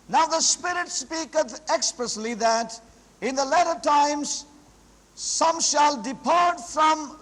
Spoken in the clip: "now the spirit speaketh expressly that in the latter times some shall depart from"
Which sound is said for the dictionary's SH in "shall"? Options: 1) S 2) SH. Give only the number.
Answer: 2